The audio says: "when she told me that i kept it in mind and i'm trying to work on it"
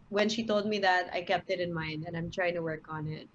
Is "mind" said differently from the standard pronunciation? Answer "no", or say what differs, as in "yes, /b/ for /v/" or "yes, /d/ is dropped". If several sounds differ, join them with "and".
no